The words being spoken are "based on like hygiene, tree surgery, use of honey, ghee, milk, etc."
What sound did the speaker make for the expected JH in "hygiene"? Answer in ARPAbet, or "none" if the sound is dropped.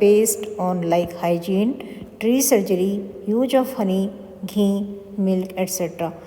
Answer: JH